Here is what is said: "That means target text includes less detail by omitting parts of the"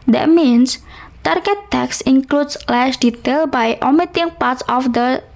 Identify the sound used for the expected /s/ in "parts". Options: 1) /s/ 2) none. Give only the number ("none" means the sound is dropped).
1